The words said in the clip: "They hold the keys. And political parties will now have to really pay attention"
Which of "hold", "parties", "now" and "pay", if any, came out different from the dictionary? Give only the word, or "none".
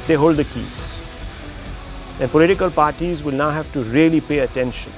none